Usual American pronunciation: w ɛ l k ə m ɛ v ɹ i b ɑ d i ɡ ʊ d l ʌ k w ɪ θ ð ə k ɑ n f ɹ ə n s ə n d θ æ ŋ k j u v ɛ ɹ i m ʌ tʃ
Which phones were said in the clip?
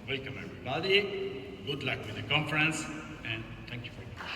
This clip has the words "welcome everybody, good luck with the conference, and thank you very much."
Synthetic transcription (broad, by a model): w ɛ l k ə m ɛ v ɹ i b ɑ d i ɡ ʊ d l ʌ k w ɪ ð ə k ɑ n f ɹ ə n s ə n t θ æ ŋ k j u f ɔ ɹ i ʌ